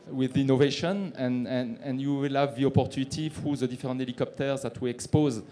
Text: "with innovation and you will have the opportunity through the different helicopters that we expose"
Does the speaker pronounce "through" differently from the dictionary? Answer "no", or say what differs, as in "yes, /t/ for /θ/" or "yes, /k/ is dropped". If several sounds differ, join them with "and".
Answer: yes, /f/ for /θ/